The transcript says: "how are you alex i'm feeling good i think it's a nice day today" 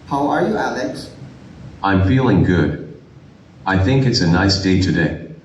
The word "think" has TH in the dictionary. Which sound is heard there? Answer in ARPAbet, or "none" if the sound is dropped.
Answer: TH